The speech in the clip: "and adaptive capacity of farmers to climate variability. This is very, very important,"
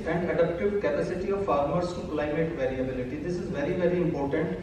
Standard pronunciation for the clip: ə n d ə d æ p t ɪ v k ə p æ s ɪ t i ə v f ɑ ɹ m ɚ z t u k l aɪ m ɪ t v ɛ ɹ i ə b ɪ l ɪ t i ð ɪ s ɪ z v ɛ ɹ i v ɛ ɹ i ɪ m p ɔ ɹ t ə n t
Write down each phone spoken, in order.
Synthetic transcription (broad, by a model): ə n d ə d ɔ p t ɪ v k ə p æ s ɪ t i ə v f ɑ ɹ m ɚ s t u k l aɪ m ɪ t v ɛ ɹ i ə b ɪ l ɪ t i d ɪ s ɪ z v ɛ ɹ i v ɛ ɹ i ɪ m p ɔ ɹ t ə n t